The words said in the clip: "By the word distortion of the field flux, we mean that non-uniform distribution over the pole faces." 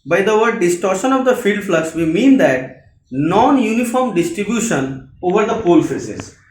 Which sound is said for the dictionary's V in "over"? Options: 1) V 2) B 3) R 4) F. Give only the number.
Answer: 1